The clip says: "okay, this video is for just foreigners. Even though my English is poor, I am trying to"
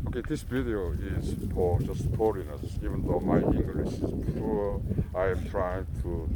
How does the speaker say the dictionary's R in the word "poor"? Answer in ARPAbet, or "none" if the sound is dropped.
L